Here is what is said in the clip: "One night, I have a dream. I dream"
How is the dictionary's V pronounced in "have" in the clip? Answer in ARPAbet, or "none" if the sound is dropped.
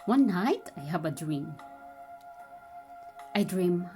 B